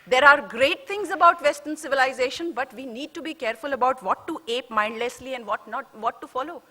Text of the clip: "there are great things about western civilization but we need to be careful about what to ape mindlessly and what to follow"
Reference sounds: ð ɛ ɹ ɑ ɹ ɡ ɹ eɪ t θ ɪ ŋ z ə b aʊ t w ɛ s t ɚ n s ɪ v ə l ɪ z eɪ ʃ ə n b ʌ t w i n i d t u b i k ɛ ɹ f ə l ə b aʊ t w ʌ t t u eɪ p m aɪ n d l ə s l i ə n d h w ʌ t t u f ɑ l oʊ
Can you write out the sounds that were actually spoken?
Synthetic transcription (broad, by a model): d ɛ ɹ ɑ ɹ ɡ ɹ eɪ t t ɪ ŋ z ə b aʊ t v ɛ s t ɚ n s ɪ v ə l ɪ z eɪ ʃ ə n b ʌ t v i n i d t u b i k ɛ ɹ f ə l ə b aʊ t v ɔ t t u eɪ p m aɪ n d l ə s l i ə n d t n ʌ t t u f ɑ l oʊ